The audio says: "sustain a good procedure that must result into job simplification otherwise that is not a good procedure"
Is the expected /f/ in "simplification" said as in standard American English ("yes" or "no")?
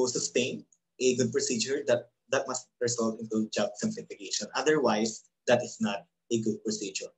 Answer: no